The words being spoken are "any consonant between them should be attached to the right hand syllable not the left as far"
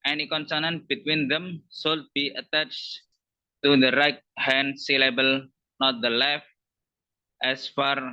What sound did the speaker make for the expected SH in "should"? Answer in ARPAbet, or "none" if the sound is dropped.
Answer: S